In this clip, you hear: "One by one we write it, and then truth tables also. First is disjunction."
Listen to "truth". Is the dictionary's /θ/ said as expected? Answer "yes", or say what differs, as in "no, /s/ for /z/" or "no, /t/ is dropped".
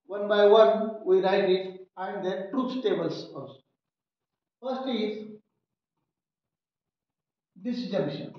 no, /s/ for /θ/